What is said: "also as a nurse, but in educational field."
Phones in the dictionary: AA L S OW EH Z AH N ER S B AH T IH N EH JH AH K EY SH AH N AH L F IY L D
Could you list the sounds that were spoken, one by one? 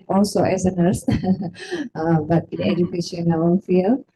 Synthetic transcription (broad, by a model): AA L S OW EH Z AH N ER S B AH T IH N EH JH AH K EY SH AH N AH N F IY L